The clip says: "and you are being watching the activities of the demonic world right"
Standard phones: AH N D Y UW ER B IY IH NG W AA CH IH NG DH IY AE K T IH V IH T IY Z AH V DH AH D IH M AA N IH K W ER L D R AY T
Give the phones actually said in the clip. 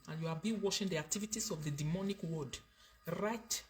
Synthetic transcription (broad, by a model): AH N Y UW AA B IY W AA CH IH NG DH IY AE K T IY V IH T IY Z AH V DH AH D IH M AA N IH K W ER D R AY T